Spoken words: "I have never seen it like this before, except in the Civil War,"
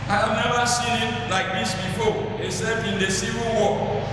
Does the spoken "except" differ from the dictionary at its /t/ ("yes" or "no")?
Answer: yes